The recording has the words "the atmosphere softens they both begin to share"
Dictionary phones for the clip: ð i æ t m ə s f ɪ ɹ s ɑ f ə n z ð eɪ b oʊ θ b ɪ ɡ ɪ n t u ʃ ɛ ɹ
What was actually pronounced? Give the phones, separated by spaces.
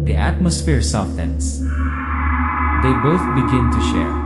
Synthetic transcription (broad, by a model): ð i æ t m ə s f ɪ ɹ s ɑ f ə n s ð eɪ b oʊ θ b ɪ ɡ ɪ n t u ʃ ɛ ɹ